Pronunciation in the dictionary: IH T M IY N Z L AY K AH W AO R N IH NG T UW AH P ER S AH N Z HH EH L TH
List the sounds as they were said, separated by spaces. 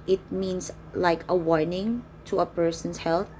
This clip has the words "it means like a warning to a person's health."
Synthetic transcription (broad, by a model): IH T M IY N S L AY K AH W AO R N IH NG T UW AH P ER S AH N S HH EH L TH